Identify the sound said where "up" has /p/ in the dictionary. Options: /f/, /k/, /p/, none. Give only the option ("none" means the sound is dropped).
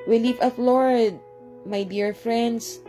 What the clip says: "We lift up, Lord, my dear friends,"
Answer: /f/